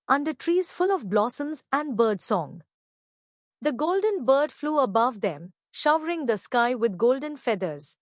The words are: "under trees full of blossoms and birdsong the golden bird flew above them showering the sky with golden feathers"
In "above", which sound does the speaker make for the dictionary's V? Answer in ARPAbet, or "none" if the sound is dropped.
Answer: V